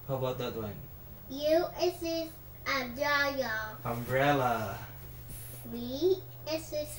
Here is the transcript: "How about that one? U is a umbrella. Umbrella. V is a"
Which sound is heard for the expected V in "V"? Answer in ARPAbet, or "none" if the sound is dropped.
W